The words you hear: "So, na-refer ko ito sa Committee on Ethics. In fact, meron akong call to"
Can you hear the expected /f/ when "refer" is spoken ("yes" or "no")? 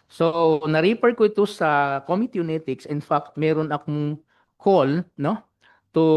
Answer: no